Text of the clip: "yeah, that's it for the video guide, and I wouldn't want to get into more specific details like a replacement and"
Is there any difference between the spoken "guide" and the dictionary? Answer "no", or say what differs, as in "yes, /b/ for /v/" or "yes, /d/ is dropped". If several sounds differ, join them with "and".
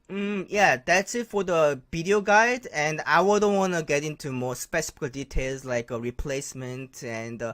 no